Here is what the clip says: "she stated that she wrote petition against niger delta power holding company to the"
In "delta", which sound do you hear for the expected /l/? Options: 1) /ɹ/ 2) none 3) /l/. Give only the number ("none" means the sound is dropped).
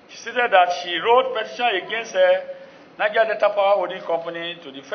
2